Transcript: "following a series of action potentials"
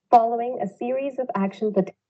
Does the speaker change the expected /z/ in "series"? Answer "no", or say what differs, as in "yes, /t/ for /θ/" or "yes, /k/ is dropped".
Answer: no